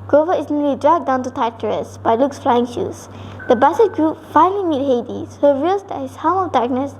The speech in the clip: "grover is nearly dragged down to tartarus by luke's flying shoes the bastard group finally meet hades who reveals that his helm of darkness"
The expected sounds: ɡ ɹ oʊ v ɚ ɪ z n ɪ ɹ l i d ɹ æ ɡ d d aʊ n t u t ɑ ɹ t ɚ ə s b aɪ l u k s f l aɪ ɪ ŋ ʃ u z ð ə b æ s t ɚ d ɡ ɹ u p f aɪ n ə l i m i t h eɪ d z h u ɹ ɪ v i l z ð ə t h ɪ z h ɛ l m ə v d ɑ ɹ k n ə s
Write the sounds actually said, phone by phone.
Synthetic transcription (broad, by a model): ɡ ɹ oʊ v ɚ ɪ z n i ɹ l i d ɹ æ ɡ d d aʊ n t u t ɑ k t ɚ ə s b aɪ l u k s f l aɪ ɪ ŋ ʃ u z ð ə b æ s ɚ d ɡ ɹ u p f aɪ n ə l i m i t h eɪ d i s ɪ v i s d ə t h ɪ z h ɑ m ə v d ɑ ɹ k n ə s